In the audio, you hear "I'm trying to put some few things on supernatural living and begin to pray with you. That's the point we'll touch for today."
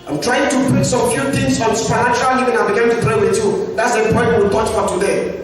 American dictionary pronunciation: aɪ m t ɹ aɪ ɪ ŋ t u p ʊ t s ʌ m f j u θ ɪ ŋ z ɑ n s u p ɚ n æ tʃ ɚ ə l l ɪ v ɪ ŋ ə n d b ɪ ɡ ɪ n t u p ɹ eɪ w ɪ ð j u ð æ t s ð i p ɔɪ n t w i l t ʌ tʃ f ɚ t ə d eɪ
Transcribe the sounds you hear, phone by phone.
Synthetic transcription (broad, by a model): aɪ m t ɹ aɪ ɪ ŋ t u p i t s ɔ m f j u t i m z ɑ n s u p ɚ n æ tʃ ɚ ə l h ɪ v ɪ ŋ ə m b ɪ ɡ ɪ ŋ t u p ɹ eɪ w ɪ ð j u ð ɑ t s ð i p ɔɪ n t w i l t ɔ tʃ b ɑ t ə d eɪ